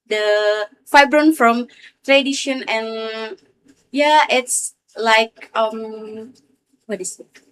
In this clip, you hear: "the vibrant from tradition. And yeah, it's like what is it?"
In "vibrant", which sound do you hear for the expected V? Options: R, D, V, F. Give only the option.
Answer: F